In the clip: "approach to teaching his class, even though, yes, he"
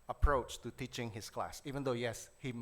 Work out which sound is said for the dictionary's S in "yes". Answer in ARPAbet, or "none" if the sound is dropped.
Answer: S